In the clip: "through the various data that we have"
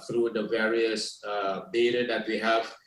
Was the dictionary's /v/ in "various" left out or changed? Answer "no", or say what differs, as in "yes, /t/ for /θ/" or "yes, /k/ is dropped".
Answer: no